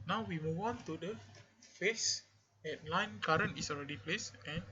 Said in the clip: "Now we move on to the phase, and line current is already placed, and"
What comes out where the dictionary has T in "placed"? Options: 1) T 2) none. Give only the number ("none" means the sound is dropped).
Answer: 2